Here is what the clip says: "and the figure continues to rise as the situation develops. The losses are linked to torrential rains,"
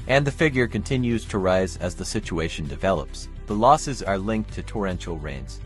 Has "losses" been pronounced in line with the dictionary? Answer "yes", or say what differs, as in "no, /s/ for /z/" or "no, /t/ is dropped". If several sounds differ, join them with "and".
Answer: yes